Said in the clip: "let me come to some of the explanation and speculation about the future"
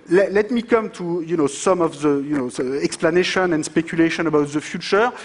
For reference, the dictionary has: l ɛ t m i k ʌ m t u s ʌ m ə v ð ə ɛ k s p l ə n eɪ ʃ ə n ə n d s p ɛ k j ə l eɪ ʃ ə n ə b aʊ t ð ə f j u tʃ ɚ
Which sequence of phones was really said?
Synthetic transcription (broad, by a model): l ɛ t m i k ʌ m t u s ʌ m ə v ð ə ɛ k s p l ə n eɪ ʃ ə n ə n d s p ɛ k j ə l eɪ ʃ ə n ə b aʊ t ð ə f j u tʃ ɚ